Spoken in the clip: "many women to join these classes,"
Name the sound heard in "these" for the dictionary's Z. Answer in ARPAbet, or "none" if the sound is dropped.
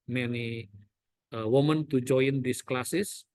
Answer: S